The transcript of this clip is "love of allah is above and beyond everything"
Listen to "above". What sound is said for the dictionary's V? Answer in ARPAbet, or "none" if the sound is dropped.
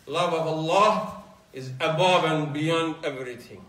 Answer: V